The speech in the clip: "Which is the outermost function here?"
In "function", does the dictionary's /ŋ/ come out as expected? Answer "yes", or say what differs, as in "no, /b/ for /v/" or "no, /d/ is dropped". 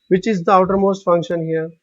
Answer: yes